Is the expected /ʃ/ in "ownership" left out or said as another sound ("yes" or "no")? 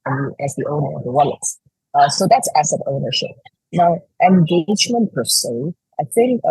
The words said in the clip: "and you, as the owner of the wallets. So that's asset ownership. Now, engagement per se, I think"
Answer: no